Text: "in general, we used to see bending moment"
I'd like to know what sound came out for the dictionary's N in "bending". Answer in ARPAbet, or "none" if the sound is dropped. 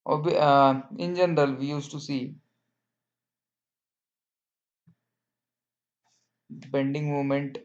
N